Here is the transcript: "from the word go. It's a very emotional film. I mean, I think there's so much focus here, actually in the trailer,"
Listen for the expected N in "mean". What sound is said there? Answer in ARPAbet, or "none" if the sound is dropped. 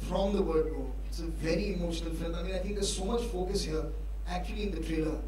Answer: none